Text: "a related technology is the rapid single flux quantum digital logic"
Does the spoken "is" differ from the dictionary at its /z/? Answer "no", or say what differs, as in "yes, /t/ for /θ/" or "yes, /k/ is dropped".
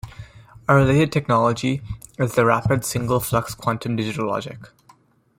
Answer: no